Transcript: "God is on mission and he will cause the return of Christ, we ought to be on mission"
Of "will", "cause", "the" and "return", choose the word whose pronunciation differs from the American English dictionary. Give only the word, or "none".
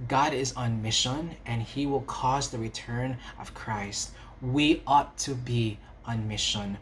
none